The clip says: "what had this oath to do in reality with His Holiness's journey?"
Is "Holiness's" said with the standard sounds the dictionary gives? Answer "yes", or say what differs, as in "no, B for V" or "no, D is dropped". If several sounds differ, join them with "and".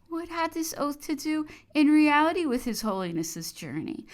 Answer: yes